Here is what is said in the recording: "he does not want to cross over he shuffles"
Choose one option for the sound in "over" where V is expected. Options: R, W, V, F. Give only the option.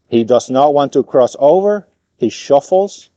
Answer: V